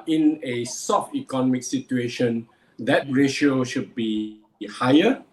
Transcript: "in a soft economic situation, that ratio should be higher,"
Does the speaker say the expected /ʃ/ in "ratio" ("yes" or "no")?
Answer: yes